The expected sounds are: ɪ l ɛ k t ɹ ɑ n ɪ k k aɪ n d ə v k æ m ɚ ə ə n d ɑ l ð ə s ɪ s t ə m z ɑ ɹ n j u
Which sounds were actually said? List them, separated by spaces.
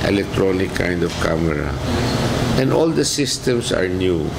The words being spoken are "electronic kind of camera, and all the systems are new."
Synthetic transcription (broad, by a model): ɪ l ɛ k t ɹ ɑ n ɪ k k aɪ n d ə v k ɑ m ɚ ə ə n d ɑ l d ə s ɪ s t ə m s ɑ ɹ n j u